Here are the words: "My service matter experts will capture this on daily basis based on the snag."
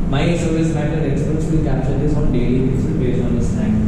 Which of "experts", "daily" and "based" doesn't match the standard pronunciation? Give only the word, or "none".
based